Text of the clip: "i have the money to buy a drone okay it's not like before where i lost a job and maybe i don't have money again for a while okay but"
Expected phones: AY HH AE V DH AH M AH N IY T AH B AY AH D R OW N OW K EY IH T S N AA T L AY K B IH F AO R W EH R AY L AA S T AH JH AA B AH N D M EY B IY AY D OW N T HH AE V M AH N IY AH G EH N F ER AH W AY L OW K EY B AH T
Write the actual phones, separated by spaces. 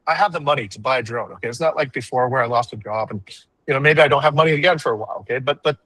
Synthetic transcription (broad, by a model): AY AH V DH AH M AH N IY T AH B AY AH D R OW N OW K EY IH T S N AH T L AY K B IH F AO R W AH R AY L AA S T AH JH AA B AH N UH M EY B IY AY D OW N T HH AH V M AH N IY AH G EH N F ER AH W AY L OW K EY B AH T